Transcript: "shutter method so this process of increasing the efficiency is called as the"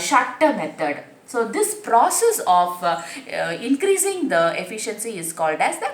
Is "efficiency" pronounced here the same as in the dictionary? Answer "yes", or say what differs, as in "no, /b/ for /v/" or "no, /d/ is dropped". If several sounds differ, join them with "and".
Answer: yes